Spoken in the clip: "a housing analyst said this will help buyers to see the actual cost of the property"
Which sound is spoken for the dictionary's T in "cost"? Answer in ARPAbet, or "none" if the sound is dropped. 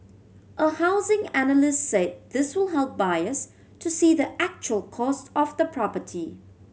T